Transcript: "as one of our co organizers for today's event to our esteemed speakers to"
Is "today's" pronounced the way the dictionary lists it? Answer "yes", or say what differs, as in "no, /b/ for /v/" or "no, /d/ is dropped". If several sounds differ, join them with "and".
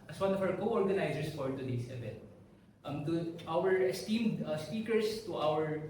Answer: no, /s/ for /z/